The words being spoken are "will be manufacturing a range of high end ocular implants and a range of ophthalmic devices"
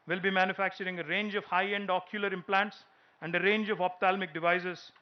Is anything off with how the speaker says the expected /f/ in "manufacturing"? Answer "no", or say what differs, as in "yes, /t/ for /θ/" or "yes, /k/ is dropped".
no